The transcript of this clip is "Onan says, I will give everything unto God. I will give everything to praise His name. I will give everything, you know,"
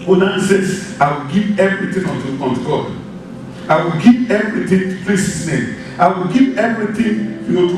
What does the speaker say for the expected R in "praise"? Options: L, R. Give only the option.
L